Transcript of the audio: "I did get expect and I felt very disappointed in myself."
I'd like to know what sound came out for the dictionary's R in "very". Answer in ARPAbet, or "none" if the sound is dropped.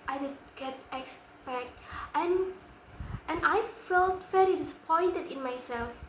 L